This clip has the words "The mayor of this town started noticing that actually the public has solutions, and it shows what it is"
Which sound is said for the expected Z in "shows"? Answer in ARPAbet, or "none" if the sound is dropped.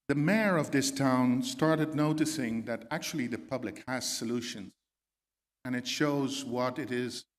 Z